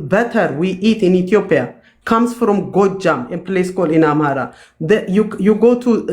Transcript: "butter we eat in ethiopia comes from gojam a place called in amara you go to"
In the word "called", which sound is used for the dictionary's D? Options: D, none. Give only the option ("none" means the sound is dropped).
none